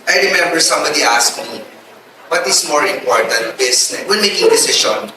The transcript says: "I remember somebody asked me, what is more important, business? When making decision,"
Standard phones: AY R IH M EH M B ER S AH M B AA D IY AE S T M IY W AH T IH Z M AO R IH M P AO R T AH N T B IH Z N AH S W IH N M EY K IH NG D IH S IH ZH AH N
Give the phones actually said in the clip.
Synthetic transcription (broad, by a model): AY R IH M EH M B ER S AH M B AA D IY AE S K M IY W AH T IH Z M AO R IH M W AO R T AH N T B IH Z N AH W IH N M EY K IH NG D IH S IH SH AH N